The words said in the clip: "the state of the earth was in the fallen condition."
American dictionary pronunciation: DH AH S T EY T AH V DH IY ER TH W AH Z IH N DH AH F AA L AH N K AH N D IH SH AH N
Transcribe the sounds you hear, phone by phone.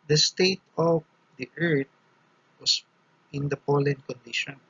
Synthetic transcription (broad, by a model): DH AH S T EY T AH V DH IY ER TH W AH S IH N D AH P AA L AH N K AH N D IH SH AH N